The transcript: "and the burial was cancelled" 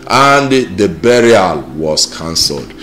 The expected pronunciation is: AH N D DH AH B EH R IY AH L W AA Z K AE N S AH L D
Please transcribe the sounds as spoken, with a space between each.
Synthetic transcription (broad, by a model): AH N D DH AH B EH R IY AH L W AA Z K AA N S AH L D